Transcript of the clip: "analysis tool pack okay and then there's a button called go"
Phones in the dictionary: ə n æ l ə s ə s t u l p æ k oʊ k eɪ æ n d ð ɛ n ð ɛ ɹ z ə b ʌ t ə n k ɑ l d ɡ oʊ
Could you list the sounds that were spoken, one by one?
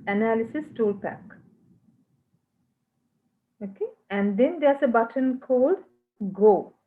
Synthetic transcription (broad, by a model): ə n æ l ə s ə s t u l p æ k oʊ k eɪ æ n d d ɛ n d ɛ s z ə b ʌ t ə n k ɑ l d ɡ oʊ